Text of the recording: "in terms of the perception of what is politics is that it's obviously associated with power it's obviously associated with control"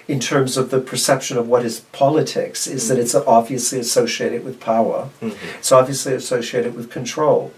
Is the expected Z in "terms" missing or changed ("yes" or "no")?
no